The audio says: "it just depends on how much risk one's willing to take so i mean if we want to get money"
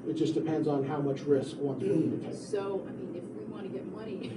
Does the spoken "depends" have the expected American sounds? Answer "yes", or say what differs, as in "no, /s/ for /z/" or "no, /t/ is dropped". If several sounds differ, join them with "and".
yes